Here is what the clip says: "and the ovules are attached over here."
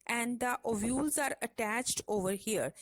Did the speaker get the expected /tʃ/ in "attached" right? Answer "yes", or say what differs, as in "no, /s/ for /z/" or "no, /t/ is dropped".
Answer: yes